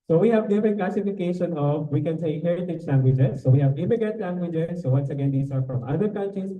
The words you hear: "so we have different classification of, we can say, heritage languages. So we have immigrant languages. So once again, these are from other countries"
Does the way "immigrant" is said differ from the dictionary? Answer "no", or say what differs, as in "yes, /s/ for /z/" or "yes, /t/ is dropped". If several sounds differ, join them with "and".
yes, /ɹ/ is dropped and /n/ is dropped